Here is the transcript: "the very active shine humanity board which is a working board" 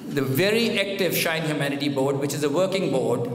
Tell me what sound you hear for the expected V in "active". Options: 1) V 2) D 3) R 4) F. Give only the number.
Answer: 1